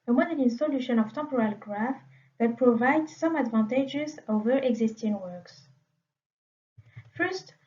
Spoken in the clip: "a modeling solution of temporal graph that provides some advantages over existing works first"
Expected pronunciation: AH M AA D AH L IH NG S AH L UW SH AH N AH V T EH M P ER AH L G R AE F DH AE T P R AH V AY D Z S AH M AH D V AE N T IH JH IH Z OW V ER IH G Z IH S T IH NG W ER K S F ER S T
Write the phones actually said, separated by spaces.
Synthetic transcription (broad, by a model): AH M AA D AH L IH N S AH L UW SH AH N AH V T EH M P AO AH L G R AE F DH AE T P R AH V AY D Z S AH M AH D V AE N T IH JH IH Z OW V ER IH G Z IH S T IH NG W ER K S F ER S T